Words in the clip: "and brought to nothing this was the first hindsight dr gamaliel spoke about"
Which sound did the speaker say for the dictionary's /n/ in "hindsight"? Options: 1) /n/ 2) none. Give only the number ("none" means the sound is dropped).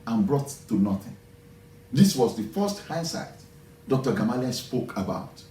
2